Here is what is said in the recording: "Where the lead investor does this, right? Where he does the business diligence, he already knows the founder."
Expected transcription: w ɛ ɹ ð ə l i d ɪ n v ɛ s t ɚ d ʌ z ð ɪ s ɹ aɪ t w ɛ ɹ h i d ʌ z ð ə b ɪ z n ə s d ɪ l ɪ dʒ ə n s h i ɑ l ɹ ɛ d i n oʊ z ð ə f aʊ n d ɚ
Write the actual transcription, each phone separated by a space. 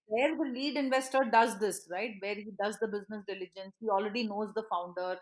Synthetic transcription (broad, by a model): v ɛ ɹ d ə l i d ɪ n v ɛ s t ɚ d ʌ z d ɪ s ɹ aɪ t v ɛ ɹ h i d ʌ z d ə b ɪ z n ə s d ɪ l ɪ dʒ ə n s h i ɑ l ɹ ɛ d i n oʊ z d ə f aʊ n d ɚ